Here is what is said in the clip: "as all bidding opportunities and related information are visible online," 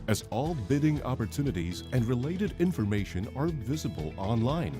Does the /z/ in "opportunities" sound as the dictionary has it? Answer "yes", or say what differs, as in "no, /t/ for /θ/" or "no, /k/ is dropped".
yes